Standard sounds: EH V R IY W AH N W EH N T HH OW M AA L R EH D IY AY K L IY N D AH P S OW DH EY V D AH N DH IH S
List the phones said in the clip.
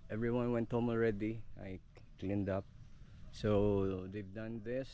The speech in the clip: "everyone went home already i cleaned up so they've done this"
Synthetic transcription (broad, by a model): EH V R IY W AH N W EH N T HH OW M AA L R EH D IY AY K L IY N D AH P S OW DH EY V D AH N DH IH S